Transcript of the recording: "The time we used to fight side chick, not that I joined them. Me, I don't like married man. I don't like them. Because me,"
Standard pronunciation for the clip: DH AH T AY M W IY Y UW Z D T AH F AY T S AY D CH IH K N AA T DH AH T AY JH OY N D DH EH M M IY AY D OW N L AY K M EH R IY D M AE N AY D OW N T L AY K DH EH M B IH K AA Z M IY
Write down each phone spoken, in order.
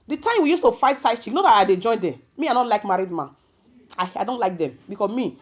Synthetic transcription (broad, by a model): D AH T AY M W IY Y UW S T AH F AY T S AY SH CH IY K N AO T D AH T AY JH OY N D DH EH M M IY AY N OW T L AY K M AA R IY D M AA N AY D OW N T L AY K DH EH M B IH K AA M IY